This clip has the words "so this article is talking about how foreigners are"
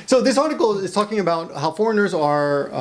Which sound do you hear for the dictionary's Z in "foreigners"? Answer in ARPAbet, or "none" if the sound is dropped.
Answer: Z